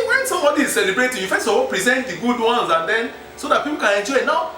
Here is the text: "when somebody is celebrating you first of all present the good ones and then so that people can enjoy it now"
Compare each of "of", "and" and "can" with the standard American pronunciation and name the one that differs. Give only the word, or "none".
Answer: of